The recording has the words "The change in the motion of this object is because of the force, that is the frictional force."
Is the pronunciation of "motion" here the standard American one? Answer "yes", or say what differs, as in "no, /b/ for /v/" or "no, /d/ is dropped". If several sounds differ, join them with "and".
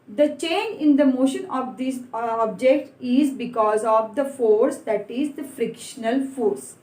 yes